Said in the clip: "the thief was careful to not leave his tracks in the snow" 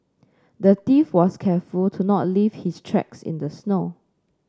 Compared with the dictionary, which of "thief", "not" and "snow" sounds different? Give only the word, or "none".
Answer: thief